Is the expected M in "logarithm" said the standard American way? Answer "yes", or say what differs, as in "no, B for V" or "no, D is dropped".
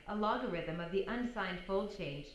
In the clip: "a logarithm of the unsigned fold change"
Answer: yes